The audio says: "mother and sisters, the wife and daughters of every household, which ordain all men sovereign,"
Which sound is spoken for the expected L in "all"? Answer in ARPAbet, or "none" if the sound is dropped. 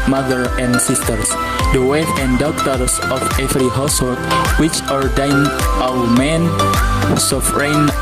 W